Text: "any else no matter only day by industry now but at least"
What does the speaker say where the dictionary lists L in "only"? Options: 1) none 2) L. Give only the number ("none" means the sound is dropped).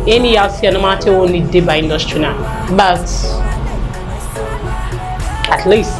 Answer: 1